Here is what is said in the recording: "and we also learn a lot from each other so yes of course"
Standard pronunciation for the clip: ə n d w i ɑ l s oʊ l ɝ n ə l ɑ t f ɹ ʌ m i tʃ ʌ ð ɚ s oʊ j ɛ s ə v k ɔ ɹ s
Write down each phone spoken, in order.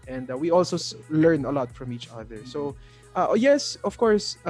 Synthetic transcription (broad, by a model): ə n d w i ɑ l s oʊ l ɝ n ə l ɑ t f ɹ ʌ m i tʃ ʌ ð ɚ s oʊ j ɛ s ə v k ɔ ɹ s